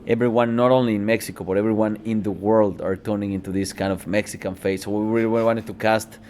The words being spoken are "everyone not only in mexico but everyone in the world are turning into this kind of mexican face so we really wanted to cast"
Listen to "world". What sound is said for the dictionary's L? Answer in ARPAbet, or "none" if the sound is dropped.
L